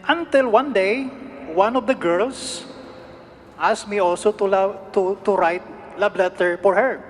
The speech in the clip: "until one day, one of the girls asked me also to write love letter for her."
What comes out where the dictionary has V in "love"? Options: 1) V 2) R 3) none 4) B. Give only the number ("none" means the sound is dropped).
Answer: 4